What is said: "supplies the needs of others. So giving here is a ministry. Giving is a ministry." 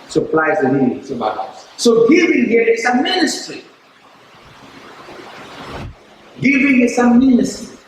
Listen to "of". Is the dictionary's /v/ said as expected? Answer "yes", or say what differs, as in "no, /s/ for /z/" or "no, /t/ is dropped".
no, /b/ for /v/